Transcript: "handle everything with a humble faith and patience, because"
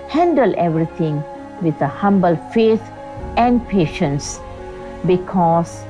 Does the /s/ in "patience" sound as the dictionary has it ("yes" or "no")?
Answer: yes